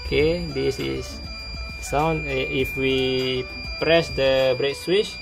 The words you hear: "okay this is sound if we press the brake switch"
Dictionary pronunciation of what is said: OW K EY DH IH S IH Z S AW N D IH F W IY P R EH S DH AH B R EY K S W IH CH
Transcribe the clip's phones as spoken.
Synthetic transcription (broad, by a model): K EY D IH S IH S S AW N IH F W IY P R EH S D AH B R EY K S W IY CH